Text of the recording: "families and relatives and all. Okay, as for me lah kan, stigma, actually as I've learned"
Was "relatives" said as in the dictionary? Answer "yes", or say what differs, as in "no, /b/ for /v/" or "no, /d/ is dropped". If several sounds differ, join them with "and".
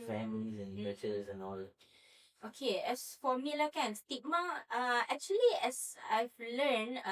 no, /v/ is dropped